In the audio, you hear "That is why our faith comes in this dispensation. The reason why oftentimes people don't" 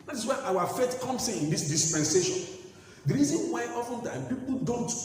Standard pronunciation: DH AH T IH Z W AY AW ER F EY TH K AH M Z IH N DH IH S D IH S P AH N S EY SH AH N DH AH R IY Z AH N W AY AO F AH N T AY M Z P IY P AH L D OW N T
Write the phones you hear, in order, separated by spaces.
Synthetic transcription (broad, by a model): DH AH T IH S W AY AW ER F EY T K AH M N IH N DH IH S D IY S P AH N S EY SH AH N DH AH R IY Z AH N W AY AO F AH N T AY M P IY P L D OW N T